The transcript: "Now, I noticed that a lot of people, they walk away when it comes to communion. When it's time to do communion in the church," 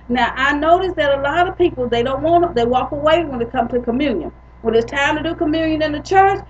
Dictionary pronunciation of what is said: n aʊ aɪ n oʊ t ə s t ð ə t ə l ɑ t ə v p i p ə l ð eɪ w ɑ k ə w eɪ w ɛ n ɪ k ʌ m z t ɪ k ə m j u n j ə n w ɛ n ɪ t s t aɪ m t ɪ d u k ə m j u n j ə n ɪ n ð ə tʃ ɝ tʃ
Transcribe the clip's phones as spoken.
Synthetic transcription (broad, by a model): n aʊ aɪ n oʊ t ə s ð ə t ə l ɑ t ə v p i p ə n ð eɪ w ɑ k ə w eɪ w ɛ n ɪ k ʌ m t ɪ k ə m j u n j ə n w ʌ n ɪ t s t aɪ m t ɪ d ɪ k ə m j u n j ə n ɪ n ð ə tʃ ɝ tʃ